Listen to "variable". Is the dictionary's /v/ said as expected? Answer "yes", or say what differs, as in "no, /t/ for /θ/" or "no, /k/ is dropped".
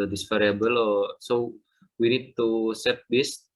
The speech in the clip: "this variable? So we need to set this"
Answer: no, /f/ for /v/